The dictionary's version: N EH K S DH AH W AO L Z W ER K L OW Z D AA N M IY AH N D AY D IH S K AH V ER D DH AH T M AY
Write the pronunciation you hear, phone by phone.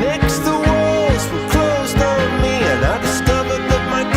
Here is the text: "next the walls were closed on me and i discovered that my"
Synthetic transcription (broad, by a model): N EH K S DH AH W AO L Z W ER K L OW Z D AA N M IY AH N AY D IH S K AH V ER D DH AH T M AY